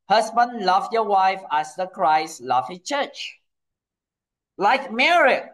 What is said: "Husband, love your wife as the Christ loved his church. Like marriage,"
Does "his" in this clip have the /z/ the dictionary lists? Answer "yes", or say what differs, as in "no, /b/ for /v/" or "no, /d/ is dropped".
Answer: no, /s/ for /z/